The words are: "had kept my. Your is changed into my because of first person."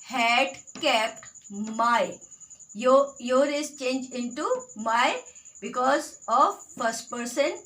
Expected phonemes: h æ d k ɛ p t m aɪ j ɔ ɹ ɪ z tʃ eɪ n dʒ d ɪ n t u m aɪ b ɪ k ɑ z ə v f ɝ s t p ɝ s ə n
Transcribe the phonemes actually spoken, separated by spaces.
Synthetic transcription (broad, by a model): h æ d k ɛ p t m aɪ j ɔ ɹ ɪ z tʃ eɪ n dʒ ɪ n t u m aɪ b ɪ k ɑ z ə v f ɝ s t p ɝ s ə n